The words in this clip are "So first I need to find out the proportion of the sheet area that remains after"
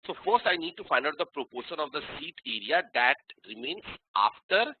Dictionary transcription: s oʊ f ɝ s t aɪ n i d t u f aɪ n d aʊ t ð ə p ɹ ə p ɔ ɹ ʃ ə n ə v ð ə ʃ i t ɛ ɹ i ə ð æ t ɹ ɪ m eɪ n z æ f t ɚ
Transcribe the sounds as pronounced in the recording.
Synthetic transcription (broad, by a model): s oʊ f ɝ s t aɪ n i d t u f aɪ n d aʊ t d ə p ɹ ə p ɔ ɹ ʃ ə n ə v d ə s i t ɛ ɹ i ə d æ t ɹ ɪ m eɪ n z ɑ f t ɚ